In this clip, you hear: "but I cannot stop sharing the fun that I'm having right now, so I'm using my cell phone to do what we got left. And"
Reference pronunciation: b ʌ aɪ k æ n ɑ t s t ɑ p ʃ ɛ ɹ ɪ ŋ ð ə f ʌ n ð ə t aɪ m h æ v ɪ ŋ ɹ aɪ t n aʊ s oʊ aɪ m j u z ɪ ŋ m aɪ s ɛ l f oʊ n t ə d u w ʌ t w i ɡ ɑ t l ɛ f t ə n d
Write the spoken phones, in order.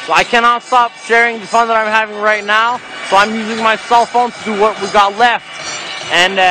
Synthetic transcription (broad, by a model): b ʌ aɪ k æ n ɑ t s t ɑ p ʃ ɛ ɹ ɪ ŋ ð ə f ʌ n ð ə t aɪ m h æ v ɪ ŋ ɹ aɪ t n aʊ s oʊ aɪ m j u z ɪ ŋ m aɪ s ɛ l f oʊ n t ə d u w ʌ t w i ɡ ɑ t l ɛ f t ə n